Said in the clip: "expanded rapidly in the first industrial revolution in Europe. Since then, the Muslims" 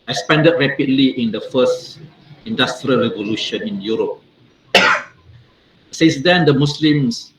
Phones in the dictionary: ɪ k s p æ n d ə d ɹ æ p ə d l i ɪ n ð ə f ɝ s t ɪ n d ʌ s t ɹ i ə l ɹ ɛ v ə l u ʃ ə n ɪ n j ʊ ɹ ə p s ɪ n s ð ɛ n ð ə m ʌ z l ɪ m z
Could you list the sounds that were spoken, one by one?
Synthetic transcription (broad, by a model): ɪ k s p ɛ n d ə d ɹ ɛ p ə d l i ɪ n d ə f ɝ s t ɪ n d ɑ s t ɹ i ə l ɹ ɛ v ə l u ʃ ə n ɪ n j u ɹ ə p s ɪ s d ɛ n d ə m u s l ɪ m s